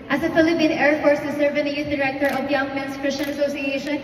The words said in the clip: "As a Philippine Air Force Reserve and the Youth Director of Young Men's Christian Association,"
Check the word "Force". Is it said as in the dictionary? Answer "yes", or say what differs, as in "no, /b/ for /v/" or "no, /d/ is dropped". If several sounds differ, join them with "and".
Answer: yes